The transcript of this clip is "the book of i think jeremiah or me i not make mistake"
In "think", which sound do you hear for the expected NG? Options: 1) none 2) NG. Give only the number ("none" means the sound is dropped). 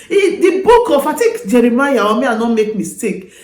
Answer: 1